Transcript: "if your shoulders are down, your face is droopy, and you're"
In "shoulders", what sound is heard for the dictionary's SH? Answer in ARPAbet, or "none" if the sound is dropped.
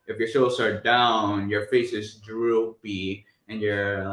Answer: S